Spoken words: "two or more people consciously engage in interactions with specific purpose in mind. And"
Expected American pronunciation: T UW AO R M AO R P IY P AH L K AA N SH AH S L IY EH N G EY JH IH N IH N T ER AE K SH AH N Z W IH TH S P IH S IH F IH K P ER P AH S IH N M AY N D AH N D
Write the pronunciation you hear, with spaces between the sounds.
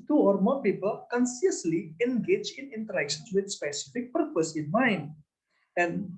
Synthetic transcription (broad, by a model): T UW AO R M AO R P IY P AH L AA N S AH S L IY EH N G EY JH IH N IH N T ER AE K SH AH N S W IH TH S P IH S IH F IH K P ER P AH S IH N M AY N AH N